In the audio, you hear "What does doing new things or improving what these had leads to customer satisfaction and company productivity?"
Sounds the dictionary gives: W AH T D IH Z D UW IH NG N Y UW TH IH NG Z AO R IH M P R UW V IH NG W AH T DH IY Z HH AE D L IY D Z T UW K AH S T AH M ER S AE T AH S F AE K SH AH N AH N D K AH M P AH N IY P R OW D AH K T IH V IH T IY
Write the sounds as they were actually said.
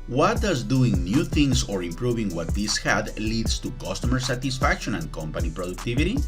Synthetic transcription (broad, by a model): W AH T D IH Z D UW IH NG N Y UW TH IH NG S AO R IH M P R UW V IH NG W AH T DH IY S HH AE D L IY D S T UW K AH S T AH M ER S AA T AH S F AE K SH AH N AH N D K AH M P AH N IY P R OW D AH K T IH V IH T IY